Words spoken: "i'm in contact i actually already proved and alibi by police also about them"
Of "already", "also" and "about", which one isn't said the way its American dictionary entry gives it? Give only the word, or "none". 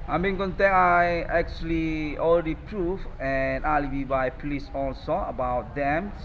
already